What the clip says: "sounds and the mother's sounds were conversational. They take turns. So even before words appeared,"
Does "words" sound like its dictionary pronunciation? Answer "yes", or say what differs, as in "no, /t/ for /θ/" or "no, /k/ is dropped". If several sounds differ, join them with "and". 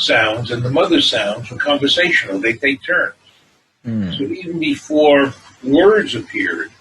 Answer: yes